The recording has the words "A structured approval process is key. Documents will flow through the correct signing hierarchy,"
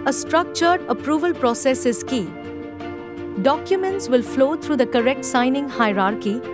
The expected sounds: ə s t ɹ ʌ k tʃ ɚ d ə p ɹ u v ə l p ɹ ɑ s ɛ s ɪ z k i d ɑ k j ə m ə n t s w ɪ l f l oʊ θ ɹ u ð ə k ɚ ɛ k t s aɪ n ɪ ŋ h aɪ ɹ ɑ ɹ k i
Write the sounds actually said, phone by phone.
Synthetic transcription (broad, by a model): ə s t ɹ ʌ k tʃ ɚ d ə p ɹ u v ə l p ɹ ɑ s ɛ s ɪ z k i d ɑ k j ə m ə n t s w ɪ l f l oʊ t ɹ u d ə k ɚ ɛ k t s aɪ n ɪ ŋ h aɪ ɹ ɑ ɹ k i